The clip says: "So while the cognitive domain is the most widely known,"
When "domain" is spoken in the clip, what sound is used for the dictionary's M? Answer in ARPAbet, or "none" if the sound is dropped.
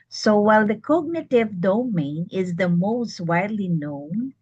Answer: M